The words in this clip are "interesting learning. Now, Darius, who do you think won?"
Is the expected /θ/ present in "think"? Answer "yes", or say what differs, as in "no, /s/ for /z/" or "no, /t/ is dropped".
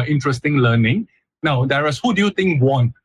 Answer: no, /t/ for /θ/